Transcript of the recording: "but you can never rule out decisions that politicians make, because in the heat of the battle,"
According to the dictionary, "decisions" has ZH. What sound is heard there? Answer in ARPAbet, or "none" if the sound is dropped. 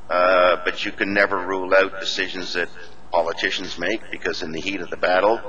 ZH